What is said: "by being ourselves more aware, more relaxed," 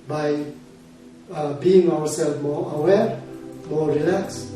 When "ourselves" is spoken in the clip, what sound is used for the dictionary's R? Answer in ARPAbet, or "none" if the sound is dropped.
W